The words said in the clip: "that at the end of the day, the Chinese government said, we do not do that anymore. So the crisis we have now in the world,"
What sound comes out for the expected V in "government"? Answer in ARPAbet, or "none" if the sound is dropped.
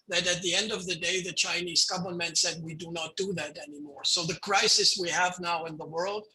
B